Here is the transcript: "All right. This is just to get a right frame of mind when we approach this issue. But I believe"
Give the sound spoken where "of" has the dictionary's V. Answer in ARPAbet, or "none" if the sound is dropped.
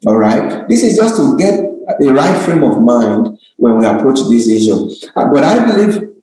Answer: V